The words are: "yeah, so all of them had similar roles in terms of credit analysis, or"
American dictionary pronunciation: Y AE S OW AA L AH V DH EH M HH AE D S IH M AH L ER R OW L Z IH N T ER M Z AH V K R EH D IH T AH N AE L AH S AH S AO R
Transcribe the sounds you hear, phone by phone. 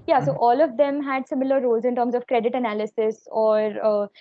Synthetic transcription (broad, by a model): Y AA S OW AA L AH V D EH M HH AE D S IH M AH L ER R OW L Z IH N T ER M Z AH V K R EH D IH T AH N AE L AH S AH S AO R